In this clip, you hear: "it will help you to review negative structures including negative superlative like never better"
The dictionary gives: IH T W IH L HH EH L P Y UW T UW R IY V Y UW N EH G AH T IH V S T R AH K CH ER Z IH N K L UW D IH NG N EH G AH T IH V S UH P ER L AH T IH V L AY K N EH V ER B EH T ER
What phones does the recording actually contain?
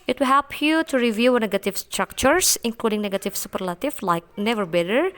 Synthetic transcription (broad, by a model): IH T W IH L HH EH L P Y UW T UW R IY V Y UW N EH G AH T IH V S T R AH K CH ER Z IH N K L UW D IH NG N EH G AH T IH V S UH P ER L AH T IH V L AY K N EH V ER B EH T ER